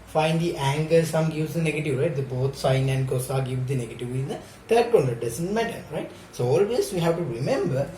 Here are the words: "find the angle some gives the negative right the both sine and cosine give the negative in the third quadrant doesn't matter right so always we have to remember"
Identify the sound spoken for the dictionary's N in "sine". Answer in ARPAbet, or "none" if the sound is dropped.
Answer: N